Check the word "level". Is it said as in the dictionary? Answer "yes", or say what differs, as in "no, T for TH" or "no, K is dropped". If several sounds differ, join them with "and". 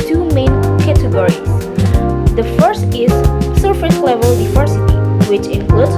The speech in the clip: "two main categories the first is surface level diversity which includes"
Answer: yes